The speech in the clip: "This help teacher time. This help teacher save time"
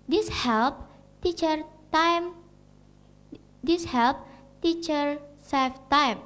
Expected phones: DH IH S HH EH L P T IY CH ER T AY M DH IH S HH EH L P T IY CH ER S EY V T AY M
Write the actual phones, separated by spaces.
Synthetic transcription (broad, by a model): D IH S HH EH L P T IY CH ER T AY M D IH S HH EH L P T IY CH ER S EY F T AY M